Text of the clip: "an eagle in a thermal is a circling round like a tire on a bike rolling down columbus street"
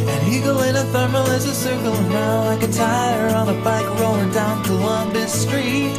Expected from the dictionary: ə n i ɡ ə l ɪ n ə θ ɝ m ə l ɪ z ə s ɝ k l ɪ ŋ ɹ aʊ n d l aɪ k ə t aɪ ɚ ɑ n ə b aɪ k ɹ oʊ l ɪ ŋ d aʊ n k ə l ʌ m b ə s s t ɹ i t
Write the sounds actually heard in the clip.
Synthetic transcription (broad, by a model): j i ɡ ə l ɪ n ə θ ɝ m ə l ɪ z ə s ɝ k l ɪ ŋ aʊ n l aɪ k ə t aɪ ɚ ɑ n ə b aɪ k ɹ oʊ n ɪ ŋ d aʊ n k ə l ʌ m b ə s s t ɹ i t